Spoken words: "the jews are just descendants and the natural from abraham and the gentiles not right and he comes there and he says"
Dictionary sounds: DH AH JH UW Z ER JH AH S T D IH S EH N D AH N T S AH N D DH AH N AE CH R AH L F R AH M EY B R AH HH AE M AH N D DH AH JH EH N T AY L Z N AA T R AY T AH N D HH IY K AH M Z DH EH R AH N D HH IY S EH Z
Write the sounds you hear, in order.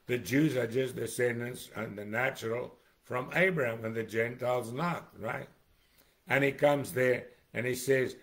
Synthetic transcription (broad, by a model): DH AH JH UW Z ER JH AH S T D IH S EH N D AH N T S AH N DH AH N AE CH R L F R AH M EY B R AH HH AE M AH N DH AH JH EH N T AY L Z N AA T R AY T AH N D IY K AH M Z DH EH R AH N IY S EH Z